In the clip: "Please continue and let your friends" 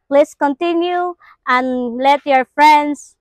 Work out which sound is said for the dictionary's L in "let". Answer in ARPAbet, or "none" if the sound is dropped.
L